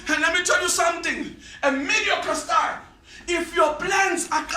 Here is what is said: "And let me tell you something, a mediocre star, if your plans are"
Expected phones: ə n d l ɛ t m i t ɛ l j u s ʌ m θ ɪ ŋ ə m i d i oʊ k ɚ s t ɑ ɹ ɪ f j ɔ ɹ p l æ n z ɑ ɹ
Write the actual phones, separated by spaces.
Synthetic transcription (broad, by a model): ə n l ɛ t m i t ɛ l j u s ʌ m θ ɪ ŋ ə m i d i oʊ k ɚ s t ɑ l ɪ f j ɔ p l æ n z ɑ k